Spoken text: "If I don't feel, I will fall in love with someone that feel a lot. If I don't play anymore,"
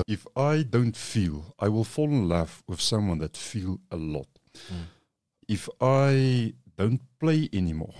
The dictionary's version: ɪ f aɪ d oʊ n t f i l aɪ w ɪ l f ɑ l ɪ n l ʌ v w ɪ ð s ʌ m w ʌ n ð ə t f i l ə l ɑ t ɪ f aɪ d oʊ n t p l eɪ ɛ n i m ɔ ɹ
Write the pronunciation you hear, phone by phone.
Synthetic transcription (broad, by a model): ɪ f aɪ d oʊ n t f i l aɪ w ɪ l f ɑ l ɪ n l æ f w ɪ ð s ʌ m w ʌ n ð ə t f i l ə l ɑ t ɪ f aɪ d oʊ n t p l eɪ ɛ n i m ɔ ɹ